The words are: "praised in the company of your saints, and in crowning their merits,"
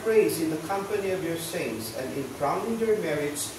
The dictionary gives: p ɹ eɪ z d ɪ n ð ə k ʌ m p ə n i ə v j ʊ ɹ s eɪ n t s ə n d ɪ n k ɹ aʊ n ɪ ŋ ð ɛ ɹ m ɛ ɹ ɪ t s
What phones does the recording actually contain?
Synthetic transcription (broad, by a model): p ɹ eɪ z ɪ n ð ə k ʌ m p ə n i ə v j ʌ ɹ s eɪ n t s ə n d ɪ n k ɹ aʊ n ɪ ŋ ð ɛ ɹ m ɛ ɹ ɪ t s